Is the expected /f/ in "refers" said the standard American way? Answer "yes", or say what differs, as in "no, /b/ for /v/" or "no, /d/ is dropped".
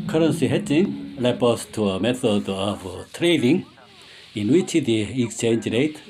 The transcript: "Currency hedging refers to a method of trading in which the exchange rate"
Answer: no, /p/ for /f/